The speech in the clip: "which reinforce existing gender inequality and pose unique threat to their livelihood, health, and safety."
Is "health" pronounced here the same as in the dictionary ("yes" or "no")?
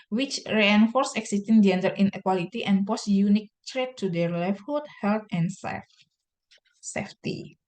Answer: no